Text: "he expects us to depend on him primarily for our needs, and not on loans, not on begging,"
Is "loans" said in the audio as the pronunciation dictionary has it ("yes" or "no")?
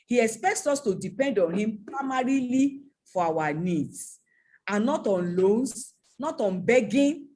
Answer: no